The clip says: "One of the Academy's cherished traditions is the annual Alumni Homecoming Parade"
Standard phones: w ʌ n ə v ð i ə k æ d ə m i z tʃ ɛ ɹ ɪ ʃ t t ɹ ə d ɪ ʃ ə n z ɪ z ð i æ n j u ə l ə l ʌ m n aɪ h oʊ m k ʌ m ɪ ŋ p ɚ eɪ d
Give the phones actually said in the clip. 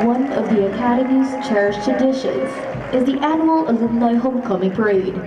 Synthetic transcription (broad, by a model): w ʌ n ə v ð i ə k æ d ə m i z tʃ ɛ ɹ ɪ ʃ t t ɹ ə d ɪ ʃ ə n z ɪ z ð i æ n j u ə l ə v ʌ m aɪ h oʊ m k ʌ m ɪ ŋ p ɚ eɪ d